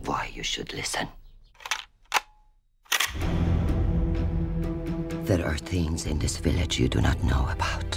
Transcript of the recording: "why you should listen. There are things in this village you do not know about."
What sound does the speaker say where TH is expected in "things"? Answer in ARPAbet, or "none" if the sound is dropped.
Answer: TH